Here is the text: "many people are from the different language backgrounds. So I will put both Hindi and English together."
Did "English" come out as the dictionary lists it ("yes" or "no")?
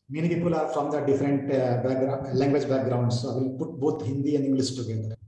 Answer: no